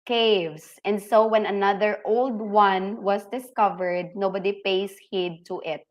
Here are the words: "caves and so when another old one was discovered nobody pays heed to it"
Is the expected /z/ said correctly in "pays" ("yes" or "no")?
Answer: no